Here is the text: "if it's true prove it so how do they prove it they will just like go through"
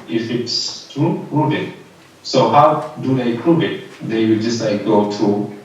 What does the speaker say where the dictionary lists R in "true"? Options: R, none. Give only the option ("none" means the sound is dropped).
none